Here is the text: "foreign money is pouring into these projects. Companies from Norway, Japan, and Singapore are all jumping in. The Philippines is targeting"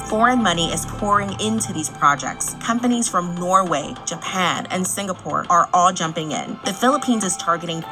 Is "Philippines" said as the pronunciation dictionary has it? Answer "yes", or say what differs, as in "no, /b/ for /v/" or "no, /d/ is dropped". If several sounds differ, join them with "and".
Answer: yes